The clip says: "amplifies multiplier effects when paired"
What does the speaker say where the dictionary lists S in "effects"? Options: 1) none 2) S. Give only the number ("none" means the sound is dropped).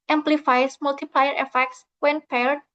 2